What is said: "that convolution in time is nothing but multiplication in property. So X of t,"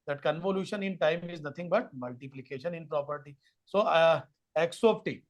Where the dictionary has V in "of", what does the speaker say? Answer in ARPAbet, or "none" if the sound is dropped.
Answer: P